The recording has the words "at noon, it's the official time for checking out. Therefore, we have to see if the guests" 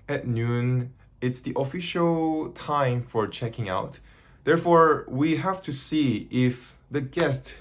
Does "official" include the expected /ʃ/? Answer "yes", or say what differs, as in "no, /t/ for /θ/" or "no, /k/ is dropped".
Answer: yes